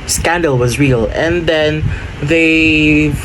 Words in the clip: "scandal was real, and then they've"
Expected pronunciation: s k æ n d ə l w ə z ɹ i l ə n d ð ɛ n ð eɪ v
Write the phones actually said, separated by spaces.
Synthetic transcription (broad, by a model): s k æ n d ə l w ə z ɹ i l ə n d ð ɛ n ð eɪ